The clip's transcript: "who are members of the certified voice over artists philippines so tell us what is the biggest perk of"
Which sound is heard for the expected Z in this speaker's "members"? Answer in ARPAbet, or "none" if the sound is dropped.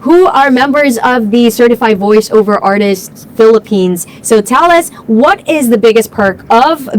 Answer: Z